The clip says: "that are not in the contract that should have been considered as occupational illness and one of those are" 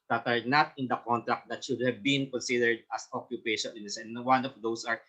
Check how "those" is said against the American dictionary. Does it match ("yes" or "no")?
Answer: no